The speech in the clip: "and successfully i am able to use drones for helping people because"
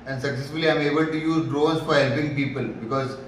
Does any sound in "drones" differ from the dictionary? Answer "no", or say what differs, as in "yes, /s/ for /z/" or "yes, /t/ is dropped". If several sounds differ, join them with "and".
yes, /n/ is dropped